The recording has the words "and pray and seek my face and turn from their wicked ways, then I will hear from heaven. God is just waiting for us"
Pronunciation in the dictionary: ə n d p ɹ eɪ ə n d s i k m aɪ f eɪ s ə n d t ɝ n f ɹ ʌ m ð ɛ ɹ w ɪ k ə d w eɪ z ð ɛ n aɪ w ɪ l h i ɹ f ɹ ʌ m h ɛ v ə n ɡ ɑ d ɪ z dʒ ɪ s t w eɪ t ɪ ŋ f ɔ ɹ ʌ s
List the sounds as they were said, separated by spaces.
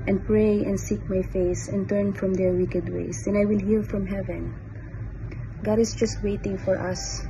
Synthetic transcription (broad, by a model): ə n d p ɹ eɪ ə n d s i k m aɪ f eɪ s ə n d t ɝ n f ɹ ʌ m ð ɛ ɹ w ɪ k ə d w eɪ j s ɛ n aɪ w ɪ l h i l f ɹ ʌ m h ɛ v ə n ɡ ɑ d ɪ s dʒ ɪ s t w eɪ t ɪ ŋ f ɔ ɹ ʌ s